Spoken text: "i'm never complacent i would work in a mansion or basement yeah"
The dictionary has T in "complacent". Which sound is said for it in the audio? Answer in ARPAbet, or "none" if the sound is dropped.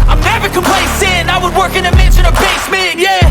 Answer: none